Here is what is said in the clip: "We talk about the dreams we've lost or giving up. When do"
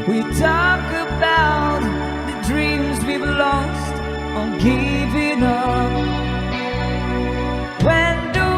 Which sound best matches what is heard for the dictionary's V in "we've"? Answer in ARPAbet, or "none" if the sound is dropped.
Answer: B